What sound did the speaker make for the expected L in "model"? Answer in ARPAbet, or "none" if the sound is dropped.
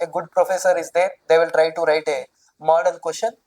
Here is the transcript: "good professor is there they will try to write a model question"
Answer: N